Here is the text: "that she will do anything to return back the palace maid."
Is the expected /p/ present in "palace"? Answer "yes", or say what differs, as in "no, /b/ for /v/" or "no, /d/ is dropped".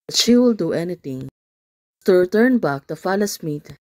no, /f/ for /p/